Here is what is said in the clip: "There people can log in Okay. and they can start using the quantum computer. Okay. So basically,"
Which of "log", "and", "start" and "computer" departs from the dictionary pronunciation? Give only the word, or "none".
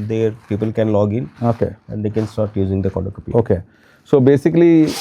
computer